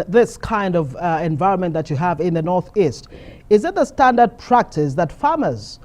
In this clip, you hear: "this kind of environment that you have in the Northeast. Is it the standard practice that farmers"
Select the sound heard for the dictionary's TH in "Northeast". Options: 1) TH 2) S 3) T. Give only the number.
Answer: 1